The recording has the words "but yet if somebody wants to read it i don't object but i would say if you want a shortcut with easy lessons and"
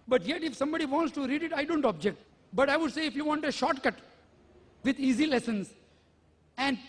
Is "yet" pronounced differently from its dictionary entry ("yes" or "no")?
no